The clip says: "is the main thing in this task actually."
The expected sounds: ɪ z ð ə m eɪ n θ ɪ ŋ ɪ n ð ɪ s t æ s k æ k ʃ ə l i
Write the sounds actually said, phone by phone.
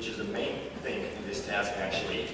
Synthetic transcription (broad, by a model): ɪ z ð ə m eɪ n θ ɪ ŋ ɪ n ð ɪ s t æ s k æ k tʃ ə l i